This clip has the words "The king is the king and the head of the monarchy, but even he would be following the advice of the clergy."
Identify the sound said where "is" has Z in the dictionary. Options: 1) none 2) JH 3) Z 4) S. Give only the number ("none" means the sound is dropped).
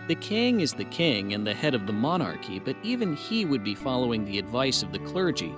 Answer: 3